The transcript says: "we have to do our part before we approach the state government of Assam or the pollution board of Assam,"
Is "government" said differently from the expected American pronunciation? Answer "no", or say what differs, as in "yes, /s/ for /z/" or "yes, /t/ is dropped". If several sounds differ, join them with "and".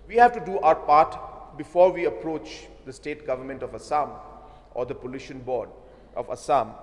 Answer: no